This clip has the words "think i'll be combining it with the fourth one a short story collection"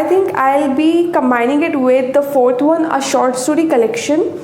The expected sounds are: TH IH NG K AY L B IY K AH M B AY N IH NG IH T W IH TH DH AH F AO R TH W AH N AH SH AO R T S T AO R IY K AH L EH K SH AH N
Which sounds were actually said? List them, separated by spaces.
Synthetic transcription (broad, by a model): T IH NG K AY L B IY K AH M B AY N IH NG IH T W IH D AH F AO R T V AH N AH SH AO R T S T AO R IY K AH L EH K SH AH N